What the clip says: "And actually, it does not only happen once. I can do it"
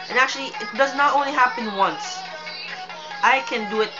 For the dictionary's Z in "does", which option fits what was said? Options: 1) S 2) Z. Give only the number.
2